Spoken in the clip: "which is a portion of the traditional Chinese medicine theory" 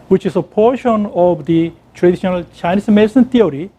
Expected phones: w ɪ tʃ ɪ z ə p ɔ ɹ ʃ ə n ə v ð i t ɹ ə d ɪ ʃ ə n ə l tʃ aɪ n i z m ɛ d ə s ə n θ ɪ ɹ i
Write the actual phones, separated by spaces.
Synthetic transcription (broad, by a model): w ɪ tʃ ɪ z ə p ɔ ɹ ʃ ə n ə v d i t ɹ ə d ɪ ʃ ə n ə l tʃ aɪ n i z m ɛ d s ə n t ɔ ɹ i